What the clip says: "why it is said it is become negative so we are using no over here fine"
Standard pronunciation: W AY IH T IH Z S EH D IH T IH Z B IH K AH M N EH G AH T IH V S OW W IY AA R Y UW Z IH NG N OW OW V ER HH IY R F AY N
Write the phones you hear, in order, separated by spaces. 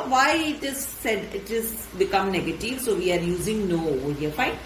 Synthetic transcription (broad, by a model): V AY IH T IH Z S EH D IH T IH Z B IH K AH M N EH G AH T IH V S OW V IY AA R Y UW Z IH NG N OW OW ER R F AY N